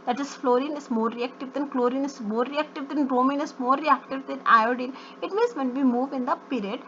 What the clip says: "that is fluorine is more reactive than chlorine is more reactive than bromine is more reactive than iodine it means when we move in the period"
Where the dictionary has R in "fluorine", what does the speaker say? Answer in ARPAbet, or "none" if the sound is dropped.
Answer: R